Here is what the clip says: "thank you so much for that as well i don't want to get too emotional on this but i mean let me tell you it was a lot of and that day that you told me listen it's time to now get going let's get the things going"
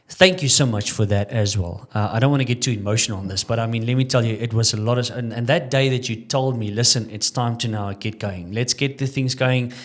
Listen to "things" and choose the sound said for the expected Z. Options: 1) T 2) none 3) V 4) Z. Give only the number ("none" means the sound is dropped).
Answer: 4